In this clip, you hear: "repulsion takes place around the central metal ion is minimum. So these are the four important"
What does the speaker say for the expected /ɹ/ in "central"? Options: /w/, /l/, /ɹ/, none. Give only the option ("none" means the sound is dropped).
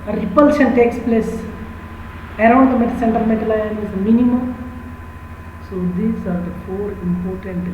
none